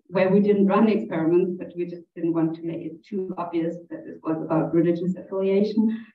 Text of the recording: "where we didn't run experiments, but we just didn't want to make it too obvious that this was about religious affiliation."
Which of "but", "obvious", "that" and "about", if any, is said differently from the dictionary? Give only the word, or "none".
none